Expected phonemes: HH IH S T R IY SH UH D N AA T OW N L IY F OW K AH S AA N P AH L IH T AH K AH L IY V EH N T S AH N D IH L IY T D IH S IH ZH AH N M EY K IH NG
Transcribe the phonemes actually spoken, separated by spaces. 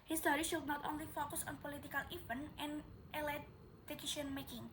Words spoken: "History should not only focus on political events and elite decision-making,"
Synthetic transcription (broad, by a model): HH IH S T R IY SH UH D N AA T OW N L IY F OW K AH S AA N P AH L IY T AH K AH L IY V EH N T AH N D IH L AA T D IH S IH SH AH N M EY K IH NG